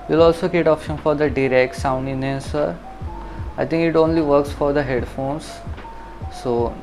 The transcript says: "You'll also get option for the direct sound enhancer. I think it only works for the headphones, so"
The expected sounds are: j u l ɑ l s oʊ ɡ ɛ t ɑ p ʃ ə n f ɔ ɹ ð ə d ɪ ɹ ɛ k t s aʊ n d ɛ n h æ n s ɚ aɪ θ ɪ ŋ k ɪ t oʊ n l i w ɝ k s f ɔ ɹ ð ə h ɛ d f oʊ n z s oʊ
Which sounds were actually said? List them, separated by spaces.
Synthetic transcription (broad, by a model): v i l ɑ l s oʊ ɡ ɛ t ɑ p ʃ ə n f ɔ ɹ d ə d ɪ ɹ ɛ k t s aʊ n d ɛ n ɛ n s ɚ aɪ t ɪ ŋ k ɪ t oʊ n l i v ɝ k s f ɔ ɹ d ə h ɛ d f oʊ n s s oʊ